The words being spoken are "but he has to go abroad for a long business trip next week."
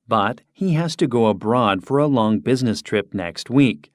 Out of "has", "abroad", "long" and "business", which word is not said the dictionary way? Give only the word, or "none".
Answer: none